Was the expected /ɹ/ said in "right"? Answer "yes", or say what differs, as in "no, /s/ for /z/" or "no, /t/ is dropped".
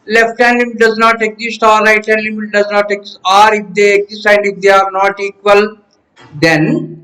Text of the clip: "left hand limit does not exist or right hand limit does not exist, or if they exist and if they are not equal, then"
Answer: no, /l/ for /ɹ/